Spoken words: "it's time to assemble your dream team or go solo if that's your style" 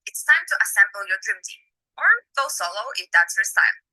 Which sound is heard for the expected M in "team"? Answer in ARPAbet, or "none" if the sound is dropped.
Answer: none